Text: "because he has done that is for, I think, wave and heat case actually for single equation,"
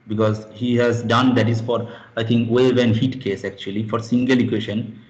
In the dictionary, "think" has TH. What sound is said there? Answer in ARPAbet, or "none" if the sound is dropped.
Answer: T